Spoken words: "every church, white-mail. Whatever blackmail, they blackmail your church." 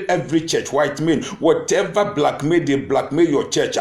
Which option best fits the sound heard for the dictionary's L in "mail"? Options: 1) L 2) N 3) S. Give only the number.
2